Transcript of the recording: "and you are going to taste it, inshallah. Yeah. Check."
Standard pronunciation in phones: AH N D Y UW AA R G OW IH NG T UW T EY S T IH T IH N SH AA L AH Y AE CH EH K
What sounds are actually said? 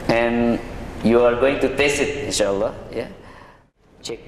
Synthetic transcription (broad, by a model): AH N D Y UW AA R G OW IH NG T UW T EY S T IH T IH N SH AA L AH Y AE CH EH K